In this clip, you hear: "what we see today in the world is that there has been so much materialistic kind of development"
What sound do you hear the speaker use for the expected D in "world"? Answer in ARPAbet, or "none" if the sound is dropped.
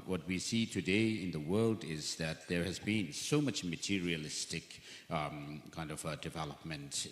D